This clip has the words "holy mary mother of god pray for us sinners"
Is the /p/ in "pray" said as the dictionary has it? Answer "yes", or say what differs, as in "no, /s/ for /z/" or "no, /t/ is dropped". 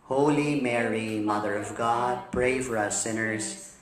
no, /b/ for /p/